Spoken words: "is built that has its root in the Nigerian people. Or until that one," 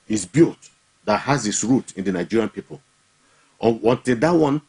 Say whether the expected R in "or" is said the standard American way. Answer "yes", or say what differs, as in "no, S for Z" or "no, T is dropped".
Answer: no, W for R